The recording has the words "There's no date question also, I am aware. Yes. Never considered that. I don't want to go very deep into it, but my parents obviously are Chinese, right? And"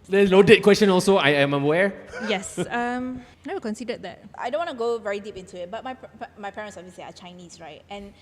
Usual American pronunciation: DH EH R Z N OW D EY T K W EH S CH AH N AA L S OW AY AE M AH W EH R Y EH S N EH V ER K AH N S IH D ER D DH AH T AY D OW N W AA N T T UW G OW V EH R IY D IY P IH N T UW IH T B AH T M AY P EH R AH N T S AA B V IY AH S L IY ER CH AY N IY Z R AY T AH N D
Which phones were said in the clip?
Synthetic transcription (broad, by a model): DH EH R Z N OW D EY T K W EH S CH AH N AA L S OW AY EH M AH W EH R Y EH S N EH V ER K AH N S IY D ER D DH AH T AY D OW N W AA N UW G OW V EH R IY D IY P IH N T UW IH T B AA T M AY P EH R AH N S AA V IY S IY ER CH AY N IY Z R AY T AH N